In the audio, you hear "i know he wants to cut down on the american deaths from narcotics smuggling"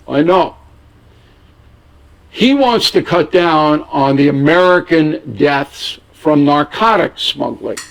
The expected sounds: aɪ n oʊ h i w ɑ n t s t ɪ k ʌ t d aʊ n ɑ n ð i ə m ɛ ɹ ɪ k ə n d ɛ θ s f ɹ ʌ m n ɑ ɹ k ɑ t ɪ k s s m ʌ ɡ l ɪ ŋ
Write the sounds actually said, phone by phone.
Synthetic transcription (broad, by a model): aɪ n oʊ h i w ɑ n t s t ɪ k ʌ t d aʊ n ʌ n ð i ə m ɛ ɹ ɪ k ə n d ɛ θ s f ɹ ʌ m n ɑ ɹ k ɑ t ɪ k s s m ʌ ɡ l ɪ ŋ